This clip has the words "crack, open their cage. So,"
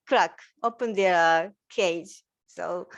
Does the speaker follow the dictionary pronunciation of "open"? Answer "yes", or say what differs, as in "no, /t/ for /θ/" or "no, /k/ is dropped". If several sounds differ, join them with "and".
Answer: yes